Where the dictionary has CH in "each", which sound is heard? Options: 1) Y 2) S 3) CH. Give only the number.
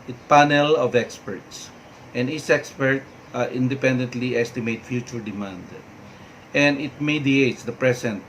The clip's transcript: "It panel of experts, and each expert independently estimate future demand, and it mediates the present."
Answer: 2